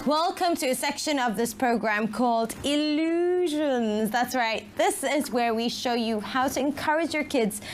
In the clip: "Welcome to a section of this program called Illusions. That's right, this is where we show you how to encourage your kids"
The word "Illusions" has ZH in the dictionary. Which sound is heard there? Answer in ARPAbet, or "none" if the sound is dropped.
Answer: ZH